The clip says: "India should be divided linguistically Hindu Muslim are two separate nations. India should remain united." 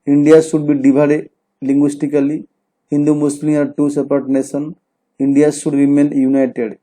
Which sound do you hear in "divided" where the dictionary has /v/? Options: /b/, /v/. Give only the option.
/b/